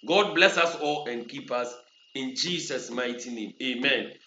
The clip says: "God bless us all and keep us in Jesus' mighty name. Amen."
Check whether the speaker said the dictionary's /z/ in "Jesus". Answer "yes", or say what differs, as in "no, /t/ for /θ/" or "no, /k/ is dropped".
no, /s/ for /z/